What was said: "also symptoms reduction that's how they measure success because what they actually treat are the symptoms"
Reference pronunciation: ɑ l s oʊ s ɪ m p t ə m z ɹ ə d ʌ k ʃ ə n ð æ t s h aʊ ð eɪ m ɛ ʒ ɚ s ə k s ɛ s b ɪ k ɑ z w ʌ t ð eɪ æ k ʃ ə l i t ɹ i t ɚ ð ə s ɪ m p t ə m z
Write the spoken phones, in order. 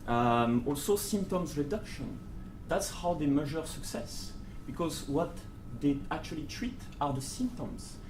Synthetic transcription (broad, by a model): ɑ l s oʊ s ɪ m p t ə m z ɹ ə d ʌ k ʃ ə n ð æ t s h aʊ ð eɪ m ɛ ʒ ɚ s ə k s ɛ s b ɪ k ɑ z w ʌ t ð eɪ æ k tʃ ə l i t ɹ i t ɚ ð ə s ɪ m p t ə m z